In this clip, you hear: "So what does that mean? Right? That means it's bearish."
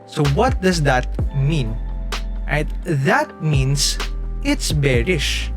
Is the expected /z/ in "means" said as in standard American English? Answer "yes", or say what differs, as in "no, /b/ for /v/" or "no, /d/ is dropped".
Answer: no, /s/ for /z/